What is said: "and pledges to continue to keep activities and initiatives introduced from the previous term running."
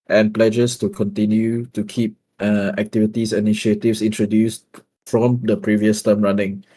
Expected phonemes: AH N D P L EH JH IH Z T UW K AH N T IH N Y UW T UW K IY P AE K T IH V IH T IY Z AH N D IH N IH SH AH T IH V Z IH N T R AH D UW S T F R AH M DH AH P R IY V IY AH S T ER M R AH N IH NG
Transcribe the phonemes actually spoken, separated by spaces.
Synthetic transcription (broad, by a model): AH N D P L EH JH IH S T UW K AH N T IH N Y UW T UW K IY P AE K T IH V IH T IY S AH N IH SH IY AH T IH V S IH N T R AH D UW S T F R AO M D AH P R IY V IY AH S T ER M R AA N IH NG